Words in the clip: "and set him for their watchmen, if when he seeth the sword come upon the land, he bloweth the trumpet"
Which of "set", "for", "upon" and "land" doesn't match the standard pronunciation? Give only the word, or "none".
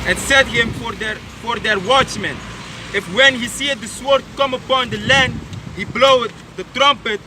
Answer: none